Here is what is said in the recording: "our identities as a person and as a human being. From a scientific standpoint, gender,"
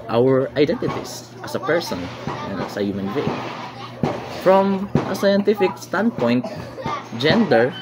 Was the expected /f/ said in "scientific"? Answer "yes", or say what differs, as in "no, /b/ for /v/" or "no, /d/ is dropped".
yes